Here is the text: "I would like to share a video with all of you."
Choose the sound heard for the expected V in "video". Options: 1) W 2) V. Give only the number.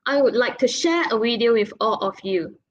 1